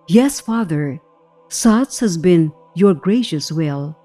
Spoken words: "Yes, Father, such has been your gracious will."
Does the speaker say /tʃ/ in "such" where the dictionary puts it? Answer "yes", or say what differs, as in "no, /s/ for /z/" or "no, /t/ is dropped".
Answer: no, /s/ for /tʃ/